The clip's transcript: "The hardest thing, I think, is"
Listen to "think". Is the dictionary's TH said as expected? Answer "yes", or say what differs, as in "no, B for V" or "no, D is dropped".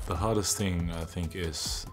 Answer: yes